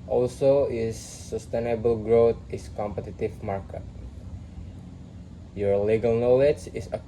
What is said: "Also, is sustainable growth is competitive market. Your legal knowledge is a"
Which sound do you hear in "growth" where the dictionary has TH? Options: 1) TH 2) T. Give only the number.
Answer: 2